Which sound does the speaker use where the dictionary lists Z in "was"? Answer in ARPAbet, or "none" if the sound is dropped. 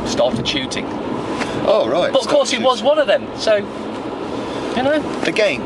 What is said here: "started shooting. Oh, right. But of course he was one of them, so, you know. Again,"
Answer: Z